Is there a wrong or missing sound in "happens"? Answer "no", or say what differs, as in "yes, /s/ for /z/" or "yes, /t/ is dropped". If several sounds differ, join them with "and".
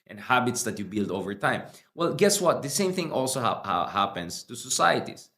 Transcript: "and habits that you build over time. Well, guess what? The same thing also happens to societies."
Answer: yes, /s/ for /z/